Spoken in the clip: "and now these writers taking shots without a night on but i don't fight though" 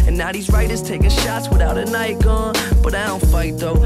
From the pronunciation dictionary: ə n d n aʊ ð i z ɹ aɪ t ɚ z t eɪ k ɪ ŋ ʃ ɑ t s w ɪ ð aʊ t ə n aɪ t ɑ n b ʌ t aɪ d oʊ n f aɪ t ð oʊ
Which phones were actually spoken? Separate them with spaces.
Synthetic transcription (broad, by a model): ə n n aʊ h i z ɹ aɪ t ɚ z t eɪ k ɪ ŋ ʃ ɑ t s w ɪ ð aʊ t ə n aɪ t ɑ n b ʌ t aɪ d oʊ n f aɪ t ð oʊ